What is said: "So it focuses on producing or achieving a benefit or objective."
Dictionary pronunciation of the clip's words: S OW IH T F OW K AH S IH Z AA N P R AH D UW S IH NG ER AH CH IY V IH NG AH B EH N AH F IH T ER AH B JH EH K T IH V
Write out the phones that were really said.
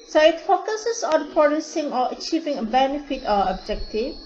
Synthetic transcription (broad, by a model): S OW IH T F OW K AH S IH S AA N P R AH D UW S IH NG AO AH CH IY V IH NG AH B EH N AH F IH T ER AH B JH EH K T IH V